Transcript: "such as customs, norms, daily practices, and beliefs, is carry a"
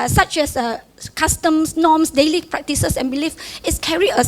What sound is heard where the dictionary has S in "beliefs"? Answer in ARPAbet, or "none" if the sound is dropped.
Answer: none